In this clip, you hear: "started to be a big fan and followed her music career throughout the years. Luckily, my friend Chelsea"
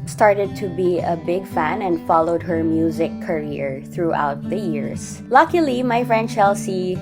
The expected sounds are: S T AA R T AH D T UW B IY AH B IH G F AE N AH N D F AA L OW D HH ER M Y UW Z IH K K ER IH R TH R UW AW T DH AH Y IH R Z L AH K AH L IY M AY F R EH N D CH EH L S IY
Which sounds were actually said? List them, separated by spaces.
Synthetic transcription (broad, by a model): S T AA R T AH D T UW B IY AH B IH G F AE N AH N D F AA L OW D HH ER M Y UW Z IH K K ER IH R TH R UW AW T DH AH Y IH R S L AH K AH L IY M AY F R EH N D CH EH L S IY